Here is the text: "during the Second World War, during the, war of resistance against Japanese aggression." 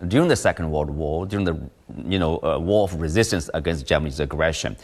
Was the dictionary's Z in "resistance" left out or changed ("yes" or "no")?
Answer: no